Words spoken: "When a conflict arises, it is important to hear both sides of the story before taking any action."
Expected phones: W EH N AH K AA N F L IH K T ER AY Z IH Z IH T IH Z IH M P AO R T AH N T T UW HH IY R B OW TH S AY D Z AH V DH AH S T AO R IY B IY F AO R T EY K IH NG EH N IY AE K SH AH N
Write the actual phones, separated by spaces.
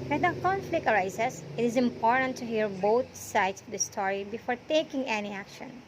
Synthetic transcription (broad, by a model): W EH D AH K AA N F L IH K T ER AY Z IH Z IH T IH Z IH M P AO R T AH N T T UW HH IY R B OW T S AY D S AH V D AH S T AO R IY B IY F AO R T EY K IH NG EH N IY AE K SH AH N